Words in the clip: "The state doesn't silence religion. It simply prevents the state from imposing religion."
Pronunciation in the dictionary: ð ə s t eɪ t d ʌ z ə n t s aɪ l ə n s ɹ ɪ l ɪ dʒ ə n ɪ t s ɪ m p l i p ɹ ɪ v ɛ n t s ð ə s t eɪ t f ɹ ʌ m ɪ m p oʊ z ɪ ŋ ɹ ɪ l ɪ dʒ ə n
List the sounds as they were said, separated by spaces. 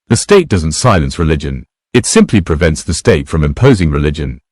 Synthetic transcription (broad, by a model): ð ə s t eɪ t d ʌ z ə n t s aɪ l ə n s ɹ ɪ l ɪ dʒ ə n ɪ t s ɪ m p l i p ɹ ɪ v ɛ n t s ð ə s t eɪ t f ɹ ʌ m ɪ m p oʊ z ɪ ŋ ɹ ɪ l ɪ dʒ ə n